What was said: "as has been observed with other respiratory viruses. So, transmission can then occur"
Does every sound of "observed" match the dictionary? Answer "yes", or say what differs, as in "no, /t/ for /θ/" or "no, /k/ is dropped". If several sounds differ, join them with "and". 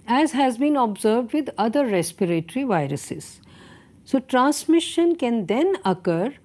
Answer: yes